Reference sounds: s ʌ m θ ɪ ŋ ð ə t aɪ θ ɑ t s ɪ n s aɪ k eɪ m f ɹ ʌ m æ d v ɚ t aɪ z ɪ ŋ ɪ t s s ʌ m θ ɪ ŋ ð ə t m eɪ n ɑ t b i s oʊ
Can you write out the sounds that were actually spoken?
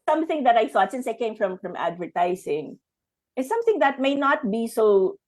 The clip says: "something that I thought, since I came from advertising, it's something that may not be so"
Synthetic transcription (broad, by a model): s ʌ m θ ɪ ŋ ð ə t aɪ θ ɑ t s ɪ n s aɪ k eɪ m f ɹ ʌ m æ d v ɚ t aɪ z ɪ ŋ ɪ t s s ʌ m θ ɪ ŋ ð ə t m eɪ n ɑ t b i s oʊ